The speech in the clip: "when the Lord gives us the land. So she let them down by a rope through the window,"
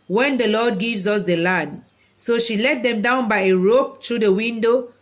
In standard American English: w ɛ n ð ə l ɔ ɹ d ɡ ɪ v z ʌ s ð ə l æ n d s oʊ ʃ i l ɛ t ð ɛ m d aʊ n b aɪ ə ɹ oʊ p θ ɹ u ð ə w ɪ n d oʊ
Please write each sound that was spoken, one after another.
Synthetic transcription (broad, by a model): w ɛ n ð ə l ɔ d ɡ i v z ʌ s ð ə l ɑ n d s oʊ ʃ i l ɛ t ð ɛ m d aʊ n b aɪ ə ɹ oʊ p t ɹ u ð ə w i n d oʊ